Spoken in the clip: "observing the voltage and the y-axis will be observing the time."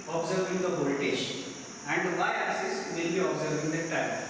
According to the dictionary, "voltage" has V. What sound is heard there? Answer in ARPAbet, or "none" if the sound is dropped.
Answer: P